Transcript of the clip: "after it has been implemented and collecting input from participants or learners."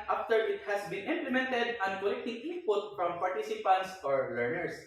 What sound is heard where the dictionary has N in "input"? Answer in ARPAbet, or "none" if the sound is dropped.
none